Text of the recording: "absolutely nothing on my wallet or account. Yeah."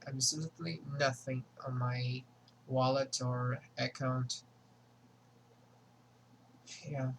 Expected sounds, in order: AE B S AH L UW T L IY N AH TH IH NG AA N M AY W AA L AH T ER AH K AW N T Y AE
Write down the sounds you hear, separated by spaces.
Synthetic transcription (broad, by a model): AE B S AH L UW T L IY N AH TH IH NG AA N M AY W AA L AH T ER AH K AW N T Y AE